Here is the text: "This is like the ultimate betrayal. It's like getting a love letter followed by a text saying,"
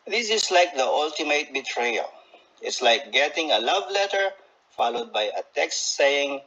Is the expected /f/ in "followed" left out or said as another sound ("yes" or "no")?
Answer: no